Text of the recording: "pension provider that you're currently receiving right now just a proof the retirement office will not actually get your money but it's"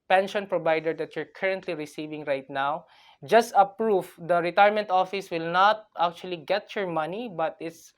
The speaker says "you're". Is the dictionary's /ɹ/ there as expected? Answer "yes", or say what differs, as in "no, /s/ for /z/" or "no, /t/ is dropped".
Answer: yes